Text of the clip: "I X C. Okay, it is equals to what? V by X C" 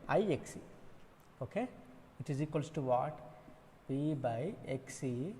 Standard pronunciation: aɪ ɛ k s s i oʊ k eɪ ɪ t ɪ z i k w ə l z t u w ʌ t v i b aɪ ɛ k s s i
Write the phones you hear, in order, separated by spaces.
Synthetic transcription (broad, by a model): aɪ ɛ k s s i oʊ k eɪ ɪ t ɪ z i k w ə l s t u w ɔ t b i b aɪ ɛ k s s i